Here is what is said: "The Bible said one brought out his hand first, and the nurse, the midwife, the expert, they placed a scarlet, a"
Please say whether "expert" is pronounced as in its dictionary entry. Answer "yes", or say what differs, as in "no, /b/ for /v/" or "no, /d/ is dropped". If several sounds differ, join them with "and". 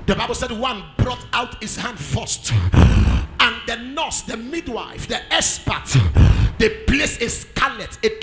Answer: no, /k/ is dropped